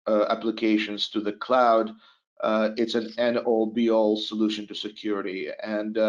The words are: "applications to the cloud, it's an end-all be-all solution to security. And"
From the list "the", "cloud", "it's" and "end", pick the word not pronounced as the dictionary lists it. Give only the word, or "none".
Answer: end